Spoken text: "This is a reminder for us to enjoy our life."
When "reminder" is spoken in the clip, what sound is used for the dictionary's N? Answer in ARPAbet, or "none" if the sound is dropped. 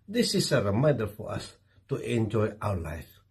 none